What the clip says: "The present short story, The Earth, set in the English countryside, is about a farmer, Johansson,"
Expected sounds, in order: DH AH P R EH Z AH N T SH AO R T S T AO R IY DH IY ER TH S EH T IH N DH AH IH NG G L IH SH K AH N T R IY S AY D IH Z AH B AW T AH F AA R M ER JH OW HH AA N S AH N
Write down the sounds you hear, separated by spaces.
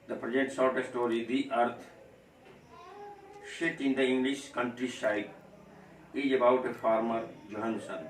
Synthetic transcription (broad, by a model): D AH P R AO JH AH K T S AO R T S T AO R IY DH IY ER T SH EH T IH N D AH IH NG G L IH SH K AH N T R IY SH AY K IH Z AH B AW T AH F AA R M ER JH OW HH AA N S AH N